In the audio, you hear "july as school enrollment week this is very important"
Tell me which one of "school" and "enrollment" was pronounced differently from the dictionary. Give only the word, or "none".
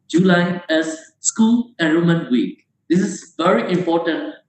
enrollment